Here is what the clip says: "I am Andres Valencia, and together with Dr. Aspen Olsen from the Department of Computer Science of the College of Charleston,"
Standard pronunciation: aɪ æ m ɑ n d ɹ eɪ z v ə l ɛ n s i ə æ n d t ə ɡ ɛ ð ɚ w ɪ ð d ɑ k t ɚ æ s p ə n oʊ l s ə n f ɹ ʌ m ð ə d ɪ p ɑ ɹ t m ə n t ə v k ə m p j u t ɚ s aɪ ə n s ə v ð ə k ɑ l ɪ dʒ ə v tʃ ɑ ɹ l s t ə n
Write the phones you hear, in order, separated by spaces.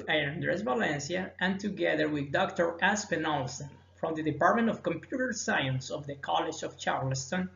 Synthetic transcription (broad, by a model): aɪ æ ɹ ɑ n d ɹ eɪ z v ə l ɛ n s i ə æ n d t ə ɡ ɛ ð ɚ w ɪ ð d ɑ k t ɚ æ s p ə n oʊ l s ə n f ɹ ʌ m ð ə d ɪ p ɑ ɹ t m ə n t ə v k ə m p j u t ɚ s aɪ ə n s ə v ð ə k ɑ l ɪ dʒ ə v tʃ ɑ ɹ l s t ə n